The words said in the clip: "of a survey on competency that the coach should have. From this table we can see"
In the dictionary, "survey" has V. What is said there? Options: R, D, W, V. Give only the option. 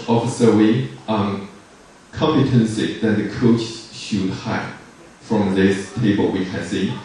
W